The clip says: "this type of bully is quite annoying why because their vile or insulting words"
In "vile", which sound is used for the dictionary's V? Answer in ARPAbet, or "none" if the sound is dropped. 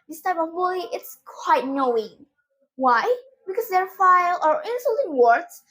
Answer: F